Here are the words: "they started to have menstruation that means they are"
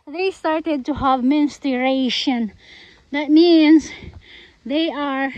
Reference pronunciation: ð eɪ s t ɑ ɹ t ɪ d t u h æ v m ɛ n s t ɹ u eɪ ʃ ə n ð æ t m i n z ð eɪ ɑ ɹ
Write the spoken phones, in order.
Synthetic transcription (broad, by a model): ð eɪ s t ɑ ɹ t ɪ d t u h æ v m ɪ n s t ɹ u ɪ ʃ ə n ð æ t m i n z ð eɪ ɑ ɹ